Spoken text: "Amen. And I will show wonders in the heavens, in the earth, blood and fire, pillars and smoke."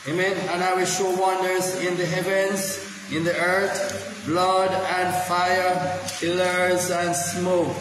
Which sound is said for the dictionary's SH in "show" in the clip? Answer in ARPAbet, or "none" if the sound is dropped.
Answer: SH